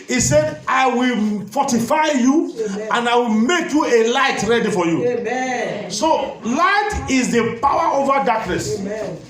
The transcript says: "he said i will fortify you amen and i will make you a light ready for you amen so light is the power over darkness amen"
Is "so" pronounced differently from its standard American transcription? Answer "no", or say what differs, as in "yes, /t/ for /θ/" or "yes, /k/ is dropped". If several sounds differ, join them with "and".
no